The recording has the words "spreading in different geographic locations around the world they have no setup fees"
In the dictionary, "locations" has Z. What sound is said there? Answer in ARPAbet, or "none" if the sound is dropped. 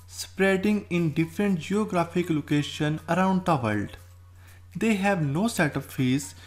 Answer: none